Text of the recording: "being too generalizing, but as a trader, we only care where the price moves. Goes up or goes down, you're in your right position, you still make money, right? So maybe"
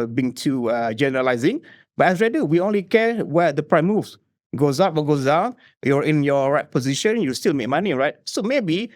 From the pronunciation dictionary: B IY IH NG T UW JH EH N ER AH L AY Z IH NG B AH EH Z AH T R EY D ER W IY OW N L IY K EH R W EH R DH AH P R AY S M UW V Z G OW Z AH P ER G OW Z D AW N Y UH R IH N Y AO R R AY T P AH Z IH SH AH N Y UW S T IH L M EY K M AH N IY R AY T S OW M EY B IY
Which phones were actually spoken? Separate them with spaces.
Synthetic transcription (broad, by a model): B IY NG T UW JH EH N ER AH L AY Z IH NG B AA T AH S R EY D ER W IY OW N L IY K EH W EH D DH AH P R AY M UW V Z G OW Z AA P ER G OW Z D AW N Y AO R IH N Y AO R R AY T P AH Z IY SH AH N Y UW S T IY L M EY K M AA N IY R AY T S OW M EY B IY